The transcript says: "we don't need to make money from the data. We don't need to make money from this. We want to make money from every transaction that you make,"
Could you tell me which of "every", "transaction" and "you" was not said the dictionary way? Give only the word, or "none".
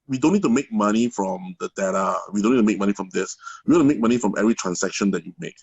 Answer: transaction